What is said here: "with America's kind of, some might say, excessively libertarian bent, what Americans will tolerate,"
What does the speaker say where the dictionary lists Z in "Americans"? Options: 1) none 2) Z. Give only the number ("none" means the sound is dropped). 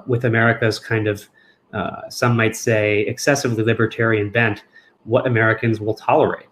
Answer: 2